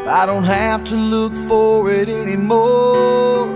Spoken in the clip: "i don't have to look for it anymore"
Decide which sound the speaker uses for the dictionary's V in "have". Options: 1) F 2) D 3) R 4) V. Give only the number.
1